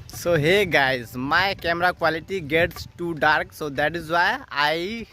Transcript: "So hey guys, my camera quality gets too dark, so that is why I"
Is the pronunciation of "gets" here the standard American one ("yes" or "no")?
yes